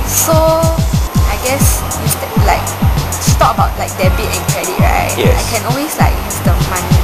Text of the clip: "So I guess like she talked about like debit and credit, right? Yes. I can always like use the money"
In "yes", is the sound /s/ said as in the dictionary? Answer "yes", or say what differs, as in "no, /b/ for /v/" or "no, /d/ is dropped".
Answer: no, /s/ is dropped